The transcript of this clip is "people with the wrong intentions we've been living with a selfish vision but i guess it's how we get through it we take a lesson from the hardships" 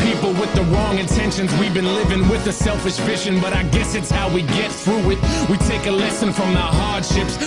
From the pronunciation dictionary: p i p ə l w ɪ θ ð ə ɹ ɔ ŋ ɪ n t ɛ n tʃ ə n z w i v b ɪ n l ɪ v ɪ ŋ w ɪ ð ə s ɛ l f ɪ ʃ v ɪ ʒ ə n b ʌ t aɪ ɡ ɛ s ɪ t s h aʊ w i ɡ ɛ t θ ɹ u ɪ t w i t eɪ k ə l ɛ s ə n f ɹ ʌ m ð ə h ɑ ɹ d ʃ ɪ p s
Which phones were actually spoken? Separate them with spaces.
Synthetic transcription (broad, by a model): p i p l w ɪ ð ə ɹ ɔ ŋ ɪ n t ɛ n ʃ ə n z w i v b ɪ n l ɪ v ɪ ŋ w ɪ ð ə s ɛ l f ɪ ʃ f ɪ ʃ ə n b ʌ t aɪ ɡ ɛ s ɪ t s h aʊ w i ɡ ɛ t θ ɹ u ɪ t w i t eɪ k ə l ɛ s ə n f ɹ ʌ m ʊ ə h ɑ ɹ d ʃ ɪ p s